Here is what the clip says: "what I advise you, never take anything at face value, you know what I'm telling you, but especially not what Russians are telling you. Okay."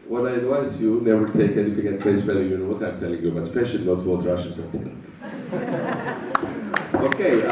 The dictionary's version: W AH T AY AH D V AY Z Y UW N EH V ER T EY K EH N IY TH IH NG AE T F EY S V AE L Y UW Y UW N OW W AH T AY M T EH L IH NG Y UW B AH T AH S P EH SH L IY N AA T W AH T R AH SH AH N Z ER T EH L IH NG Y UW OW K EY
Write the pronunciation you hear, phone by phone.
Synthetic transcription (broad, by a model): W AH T AY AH D V AY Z Y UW N EH V ER T EY K EH N IY TH IH NG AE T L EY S F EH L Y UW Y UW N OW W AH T AY M T EH L IH NG Y UW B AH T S P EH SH IY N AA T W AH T R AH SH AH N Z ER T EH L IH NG OW K EY